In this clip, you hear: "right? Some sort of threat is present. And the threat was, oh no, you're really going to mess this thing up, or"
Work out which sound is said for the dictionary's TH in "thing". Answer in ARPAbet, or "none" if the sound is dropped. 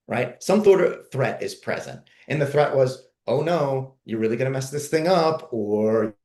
TH